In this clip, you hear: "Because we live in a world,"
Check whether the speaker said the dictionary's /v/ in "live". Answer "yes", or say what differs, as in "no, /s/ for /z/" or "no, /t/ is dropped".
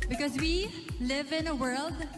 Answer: yes